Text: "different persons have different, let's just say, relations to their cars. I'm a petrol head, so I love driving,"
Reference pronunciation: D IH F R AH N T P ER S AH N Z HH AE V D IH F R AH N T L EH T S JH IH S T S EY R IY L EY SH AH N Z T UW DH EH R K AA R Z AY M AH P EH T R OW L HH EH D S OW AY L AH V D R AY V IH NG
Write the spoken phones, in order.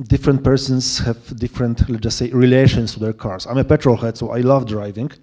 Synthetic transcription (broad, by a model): D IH F R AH N T P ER S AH N S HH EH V D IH F R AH N T L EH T JH IH S T S EY R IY L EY SH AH N S T UW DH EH R K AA R S AY M AH P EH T R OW L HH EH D S OW AY L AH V D R AY V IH NG